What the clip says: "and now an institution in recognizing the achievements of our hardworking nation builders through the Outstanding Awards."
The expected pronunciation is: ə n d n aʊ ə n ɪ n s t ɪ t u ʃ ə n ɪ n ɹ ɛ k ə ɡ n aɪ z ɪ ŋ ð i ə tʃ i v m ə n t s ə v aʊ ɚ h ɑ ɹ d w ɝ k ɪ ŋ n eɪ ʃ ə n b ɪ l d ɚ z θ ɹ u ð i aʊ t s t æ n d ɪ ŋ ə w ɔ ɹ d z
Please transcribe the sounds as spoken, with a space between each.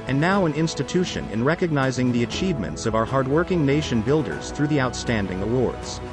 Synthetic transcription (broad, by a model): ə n n aʊ ə n ɪ n s t ɪ t u ʃ ə n ɪ n ɹ ɛ k ə ɡ n aɪ z ɪ ŋ ð i ə tʃ i v m ə n t s ə v aʊ ɚ h ɑ ɹ d w ɝ k ɪ ŋ n eɪ ʃ ə n b ɪ l d ɚ z θ ɹ u ð i aʊ t s t æ n d ɪ ŋ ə w ɔ ɹ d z